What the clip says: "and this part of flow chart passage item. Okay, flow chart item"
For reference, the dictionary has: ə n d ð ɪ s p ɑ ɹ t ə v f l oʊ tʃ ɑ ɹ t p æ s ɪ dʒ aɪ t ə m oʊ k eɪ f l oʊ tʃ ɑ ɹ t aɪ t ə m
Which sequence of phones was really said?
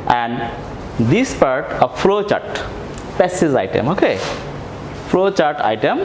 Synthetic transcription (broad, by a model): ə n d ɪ s p ɑ ɹ t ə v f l oʊ tʃ ɑ ɹ t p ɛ s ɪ z aɪ t ə m oʊ k eɪ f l oʊ tʃ ɑ ɹ t aɪ t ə m